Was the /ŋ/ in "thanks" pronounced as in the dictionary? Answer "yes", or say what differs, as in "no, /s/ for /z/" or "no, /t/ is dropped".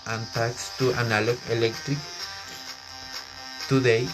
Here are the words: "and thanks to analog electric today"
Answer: no, /ŋ/ is dropped